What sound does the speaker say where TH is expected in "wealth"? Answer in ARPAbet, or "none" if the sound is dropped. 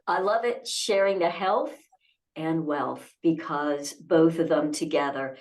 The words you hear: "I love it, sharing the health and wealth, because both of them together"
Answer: TH